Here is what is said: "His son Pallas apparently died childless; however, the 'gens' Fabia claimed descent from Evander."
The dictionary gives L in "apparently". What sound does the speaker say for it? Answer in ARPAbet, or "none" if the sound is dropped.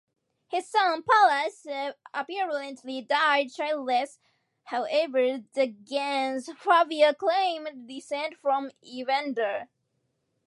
L